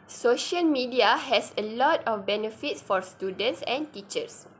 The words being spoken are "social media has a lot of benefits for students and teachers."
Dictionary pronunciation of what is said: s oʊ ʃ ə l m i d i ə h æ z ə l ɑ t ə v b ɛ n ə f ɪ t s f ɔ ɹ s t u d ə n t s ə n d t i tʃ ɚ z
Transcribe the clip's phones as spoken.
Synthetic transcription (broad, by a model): s oʊ ʃ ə l m i d i ə h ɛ s ə l ɑ t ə f b ɛ n ə f ɪ t s f ɔ ɹ s t u d ə n t s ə n t i tʃ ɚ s